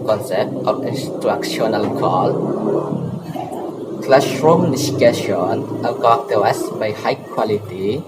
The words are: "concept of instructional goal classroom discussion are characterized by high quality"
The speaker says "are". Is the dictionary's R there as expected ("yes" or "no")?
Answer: no